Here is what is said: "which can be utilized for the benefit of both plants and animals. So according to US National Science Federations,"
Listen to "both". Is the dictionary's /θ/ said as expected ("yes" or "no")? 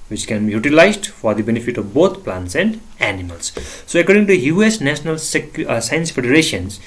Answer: no